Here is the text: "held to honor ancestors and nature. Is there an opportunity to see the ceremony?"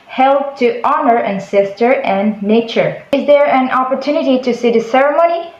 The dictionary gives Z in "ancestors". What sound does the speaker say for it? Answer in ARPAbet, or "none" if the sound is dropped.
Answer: none